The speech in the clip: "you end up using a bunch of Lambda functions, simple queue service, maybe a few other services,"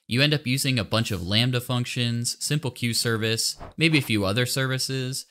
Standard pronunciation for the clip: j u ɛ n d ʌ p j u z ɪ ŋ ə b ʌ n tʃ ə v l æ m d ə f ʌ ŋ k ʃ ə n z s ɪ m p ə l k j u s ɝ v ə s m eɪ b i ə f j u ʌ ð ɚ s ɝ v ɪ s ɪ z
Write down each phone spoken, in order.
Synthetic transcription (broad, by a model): j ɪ ɛ n d ʌ p j u z ɪ ŋ ə b ʌ n tʃ ə v l æ m d ə f ʌ ŋ k ʃ ə n z s ɪ m p l k j u s ɝ v ə s m eɪ b i ə f j u ʌ ð ɚ s ɝ v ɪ s ɪ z